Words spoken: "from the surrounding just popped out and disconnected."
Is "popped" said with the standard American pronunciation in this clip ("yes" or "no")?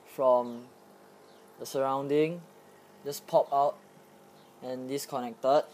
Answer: no